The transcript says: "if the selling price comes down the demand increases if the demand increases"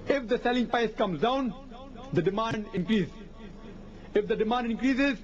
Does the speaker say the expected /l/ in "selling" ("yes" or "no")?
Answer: yes